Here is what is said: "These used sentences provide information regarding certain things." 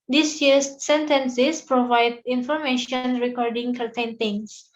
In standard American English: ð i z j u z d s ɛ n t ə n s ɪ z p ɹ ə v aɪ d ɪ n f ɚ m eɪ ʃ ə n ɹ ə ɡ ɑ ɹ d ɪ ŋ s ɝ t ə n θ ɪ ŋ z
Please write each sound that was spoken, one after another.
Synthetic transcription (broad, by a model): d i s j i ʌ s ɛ n t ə n s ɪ s p ɹ ə v aɪ d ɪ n f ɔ m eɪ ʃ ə n ɹ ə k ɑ ɹ d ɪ ŋ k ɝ t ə n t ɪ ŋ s